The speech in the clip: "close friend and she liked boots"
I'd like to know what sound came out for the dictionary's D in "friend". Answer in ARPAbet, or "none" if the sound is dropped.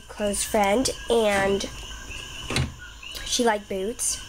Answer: D